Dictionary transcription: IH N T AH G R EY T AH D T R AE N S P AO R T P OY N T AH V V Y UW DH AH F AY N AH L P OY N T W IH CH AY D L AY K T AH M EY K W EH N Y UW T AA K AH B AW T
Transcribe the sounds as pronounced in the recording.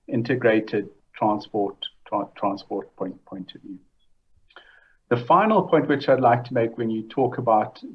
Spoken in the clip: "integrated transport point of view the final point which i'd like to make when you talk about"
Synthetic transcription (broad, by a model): IH N T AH G R EY T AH D T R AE N S P AO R T P OY N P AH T V Y UW DH AH F AY N AH L P OY N T W IH CH AY D L AY K T AH M EY K W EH N Y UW T AA K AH B AW T